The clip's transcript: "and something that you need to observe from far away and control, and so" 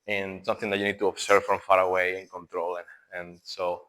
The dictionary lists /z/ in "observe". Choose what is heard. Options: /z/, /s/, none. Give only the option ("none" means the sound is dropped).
/s/